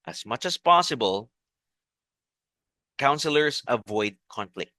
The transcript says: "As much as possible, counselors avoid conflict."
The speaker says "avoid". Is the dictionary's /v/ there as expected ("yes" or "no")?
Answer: yes